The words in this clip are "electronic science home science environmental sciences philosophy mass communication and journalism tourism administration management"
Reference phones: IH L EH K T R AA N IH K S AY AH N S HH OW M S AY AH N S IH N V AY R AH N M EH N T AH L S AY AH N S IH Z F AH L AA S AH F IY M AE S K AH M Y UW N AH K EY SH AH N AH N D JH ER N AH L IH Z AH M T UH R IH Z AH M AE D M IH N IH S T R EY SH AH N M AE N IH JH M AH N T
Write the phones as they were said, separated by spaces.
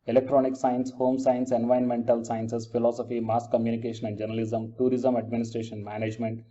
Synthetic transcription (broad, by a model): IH L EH K T R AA N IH K S AY AH N S HH OW M S AY AH N S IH N V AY AH N M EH N T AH L S AY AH N S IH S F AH L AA S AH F IY M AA S K AH M Y UW N AH K EY SH AH N AH N D JH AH N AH L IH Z AH M T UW R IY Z AH M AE D M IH N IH S T R EY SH AH N M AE N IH JH M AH N T